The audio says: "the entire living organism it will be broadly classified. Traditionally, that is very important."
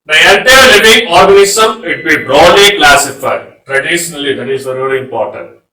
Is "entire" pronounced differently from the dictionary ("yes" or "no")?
yes